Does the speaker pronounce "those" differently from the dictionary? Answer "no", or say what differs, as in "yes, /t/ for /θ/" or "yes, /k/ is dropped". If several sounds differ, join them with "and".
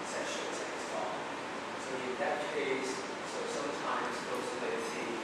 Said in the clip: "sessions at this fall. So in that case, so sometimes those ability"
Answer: yes, /s/ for /z/